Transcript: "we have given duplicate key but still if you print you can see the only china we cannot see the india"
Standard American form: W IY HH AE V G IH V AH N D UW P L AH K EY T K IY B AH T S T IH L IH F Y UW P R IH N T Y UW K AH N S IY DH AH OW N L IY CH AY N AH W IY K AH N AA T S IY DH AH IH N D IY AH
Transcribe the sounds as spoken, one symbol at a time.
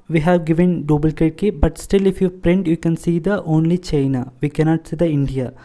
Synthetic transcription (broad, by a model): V IY HH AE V G IH V AH N D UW B L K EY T K IY B AH T S T IH L IH F Y UW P R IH N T Y UW K AH N S IY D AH OW N L IY CH AY N AH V IY K AH N AA T S IY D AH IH N D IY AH